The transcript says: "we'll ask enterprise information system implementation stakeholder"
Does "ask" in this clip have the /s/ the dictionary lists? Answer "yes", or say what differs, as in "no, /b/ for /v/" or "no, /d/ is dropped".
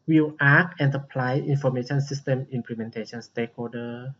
no, /s/ is dropped